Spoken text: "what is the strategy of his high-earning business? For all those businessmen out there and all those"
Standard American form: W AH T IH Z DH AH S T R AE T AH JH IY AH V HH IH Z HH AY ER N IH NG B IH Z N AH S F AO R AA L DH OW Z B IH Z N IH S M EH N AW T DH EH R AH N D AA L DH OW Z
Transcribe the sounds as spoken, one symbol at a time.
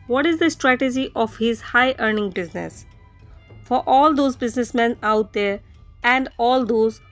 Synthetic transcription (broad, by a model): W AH T IH Z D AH S T R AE T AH JH IY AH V HH IH Z HH AY ER N IH NG B IH Z N AH S F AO R AA L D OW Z B IH Z N IH S M EH N AW T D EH R AH N D AA L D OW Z